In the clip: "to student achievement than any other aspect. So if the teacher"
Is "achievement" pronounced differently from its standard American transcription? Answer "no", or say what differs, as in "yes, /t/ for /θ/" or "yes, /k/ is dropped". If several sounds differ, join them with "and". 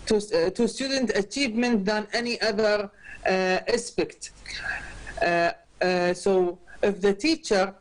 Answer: no